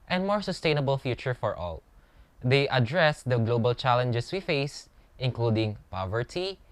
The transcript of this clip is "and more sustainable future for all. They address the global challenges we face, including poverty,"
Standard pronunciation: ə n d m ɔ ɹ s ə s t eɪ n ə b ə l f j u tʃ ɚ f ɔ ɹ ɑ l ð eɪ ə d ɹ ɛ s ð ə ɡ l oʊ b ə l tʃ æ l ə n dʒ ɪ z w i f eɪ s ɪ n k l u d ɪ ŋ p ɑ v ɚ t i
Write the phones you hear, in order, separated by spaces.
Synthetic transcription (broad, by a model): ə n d m ɔ ɹ s ə s t eɪ n ə b ə l f j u tʃ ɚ f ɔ ɹ ɑ l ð eɪ ə d ɹ ɛ s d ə ɡ l oʊ b ə l tʃ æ l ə n dʒ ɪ s w i f eɪ s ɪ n k l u d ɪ ŋ p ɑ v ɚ t i